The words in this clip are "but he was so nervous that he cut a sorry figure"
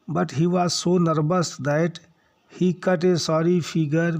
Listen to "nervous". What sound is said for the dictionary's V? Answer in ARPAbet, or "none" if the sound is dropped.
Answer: B